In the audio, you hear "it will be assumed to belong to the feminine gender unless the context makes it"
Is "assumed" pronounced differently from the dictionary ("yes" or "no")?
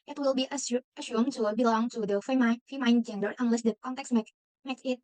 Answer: yes